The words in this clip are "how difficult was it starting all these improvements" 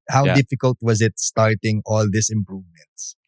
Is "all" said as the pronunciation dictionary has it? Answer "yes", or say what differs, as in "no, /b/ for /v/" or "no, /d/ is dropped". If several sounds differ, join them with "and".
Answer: yes